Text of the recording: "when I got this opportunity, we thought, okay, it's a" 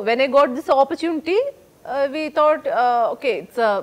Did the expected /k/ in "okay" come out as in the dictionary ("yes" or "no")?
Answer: yes